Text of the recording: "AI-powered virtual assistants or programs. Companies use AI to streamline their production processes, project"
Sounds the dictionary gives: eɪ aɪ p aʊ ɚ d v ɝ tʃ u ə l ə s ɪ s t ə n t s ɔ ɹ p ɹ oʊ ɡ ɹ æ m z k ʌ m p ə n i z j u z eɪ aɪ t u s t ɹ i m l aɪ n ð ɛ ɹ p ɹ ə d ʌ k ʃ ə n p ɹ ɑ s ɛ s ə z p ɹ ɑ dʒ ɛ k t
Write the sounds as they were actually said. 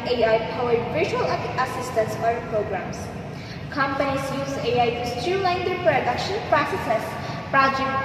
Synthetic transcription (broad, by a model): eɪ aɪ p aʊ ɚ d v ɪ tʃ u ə l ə s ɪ s t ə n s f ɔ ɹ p ɹ oʊ ɡ ɹ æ m s k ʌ m p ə n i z j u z eɪ aɪ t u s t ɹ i l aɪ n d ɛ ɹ p ɹ ə d ʌ k ʃ ə n p ɹ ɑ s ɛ s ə s p ɹ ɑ dʒ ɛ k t